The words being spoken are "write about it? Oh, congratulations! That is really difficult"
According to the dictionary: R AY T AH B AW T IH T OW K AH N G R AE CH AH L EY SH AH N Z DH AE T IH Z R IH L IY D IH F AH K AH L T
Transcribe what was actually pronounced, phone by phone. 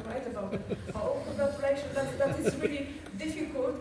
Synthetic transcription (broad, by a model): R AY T AH B AW T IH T OW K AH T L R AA AH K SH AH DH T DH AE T IH Z R IH L IY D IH F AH K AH L T